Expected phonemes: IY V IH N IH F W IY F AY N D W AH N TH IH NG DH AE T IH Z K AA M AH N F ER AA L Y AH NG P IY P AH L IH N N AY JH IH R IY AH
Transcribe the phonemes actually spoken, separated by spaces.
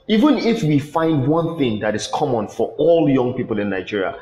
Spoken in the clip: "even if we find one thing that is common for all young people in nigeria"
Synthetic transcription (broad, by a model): IY V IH N IH F W IY F AY N D W AH N TH IH NG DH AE T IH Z K AA M AH N F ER AA L Y AH NG P IY P AH L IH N N AY JH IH R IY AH